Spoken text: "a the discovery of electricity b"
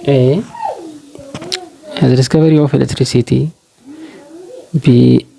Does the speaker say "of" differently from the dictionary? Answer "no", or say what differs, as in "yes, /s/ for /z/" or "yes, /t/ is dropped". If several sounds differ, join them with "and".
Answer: yes, /f/ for /v/